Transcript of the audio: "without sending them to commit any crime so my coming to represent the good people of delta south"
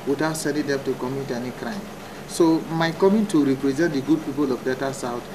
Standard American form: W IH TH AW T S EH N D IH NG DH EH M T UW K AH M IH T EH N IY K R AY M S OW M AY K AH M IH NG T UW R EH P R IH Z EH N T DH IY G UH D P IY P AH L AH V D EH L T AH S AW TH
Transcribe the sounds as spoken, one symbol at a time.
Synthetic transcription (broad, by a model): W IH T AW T S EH N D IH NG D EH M T UW K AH M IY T EH N IY K R AY M S OW M AY K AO M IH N T UW R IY P R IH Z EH N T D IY G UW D P IY P AH L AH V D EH T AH S AW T